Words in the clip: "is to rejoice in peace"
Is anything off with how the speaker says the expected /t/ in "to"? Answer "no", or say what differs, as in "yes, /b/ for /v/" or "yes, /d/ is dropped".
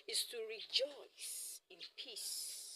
no